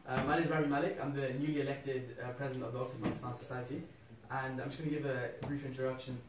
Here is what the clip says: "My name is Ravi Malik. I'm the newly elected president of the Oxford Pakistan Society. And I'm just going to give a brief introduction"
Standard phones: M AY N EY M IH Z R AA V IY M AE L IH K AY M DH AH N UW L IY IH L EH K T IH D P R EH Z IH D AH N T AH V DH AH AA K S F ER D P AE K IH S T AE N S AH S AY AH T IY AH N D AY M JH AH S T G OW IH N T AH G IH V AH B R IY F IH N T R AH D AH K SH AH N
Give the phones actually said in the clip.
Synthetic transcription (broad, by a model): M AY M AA IH Z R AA B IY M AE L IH K AY M DH AH N UW L IY IH L EH K T IH D P R EH Z IH D AH N T AH V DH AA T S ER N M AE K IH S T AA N S AH S AY AH T IY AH N AY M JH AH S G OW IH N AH G IH V AH B R IY F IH N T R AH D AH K SH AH N